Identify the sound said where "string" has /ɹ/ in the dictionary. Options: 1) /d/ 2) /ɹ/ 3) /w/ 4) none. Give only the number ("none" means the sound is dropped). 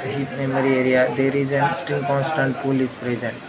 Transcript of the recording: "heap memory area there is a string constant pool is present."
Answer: 4